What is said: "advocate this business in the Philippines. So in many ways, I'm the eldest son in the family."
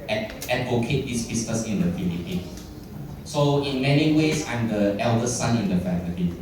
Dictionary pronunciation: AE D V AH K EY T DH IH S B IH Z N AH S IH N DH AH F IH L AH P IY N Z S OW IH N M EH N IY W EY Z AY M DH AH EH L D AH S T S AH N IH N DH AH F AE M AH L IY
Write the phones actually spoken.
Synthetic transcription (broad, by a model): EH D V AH K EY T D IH S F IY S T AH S IH N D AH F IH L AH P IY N S OW IH N M EH N IY W EY S AY M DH AH EH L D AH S S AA N IH N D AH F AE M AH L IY